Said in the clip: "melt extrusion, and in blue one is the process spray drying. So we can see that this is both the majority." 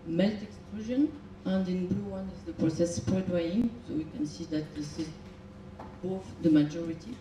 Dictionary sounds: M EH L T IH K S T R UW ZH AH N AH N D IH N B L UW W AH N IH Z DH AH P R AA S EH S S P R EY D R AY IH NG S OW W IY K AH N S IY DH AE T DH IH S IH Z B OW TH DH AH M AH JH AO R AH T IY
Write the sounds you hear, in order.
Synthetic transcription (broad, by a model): M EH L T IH K S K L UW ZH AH N AH N D IH N B L UW W AH N IH Z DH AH P R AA S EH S S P R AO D W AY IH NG S OW W IY K AH N S IY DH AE T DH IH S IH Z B OW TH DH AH M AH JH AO R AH T IY